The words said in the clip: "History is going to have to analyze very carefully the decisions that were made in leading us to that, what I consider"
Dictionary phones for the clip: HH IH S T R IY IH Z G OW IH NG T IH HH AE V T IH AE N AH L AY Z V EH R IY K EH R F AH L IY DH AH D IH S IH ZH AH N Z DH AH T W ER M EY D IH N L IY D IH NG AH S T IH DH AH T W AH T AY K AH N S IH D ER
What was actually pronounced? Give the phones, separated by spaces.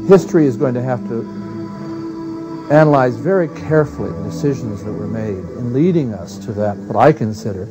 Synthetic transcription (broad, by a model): HH IH S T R IY IH Z G OW IH NG T IH HH AE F T IH AE N AH L AY Z V EH R IY K EH R F L IY DH AH D IH S IH ZH AH N Z DH AH T W ER M EY D IH N L IY D IH NG AH S T IH DH AH T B AH T AY K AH N S IH D ER